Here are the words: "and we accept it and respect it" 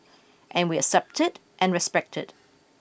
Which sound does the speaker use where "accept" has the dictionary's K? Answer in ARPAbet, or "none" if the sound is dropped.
none